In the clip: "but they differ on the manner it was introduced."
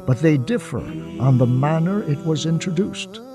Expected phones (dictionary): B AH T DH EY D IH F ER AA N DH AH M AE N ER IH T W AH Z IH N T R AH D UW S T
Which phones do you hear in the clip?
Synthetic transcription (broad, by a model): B AH T DH EY D IH F ER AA N DH AH M AE N ER IH T W AH Z IH N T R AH D UW S T